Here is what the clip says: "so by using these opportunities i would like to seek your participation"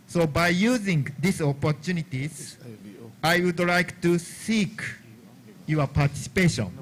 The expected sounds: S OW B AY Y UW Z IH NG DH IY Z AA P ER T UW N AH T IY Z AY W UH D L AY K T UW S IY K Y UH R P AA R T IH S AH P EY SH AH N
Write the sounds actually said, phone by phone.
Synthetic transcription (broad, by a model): S OW B AY Y UW Z IH NG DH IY S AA P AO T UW N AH T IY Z AY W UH D L AY K T UW S IY K Y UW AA P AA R T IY S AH P EY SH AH N